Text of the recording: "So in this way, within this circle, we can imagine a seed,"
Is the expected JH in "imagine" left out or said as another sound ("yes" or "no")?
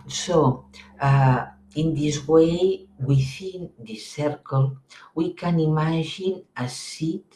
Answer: yes